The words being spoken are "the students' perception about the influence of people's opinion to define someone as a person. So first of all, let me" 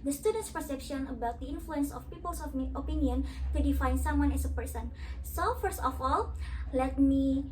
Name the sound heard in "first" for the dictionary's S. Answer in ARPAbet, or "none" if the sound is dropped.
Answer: S